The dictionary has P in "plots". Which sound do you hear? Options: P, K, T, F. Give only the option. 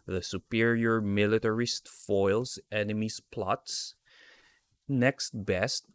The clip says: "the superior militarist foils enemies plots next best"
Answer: P